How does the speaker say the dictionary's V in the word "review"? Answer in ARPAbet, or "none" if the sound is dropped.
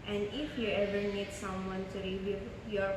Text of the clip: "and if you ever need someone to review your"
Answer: none